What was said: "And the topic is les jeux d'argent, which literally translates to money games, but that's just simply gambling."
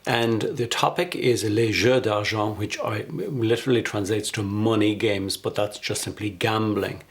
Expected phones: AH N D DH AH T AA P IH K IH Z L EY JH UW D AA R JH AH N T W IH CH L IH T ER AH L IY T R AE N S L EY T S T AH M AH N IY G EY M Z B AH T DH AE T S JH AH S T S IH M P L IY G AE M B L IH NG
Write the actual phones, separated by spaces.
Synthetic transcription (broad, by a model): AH N DH AH T AA P IH K IH Z L EY ZH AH D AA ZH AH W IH CH L IH T ER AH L IY T R AE N S L EY T S T AH M AH N IY G EY M Z B AH T DH AE T S JH AH S T S IH M P L IY G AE M B L IH NG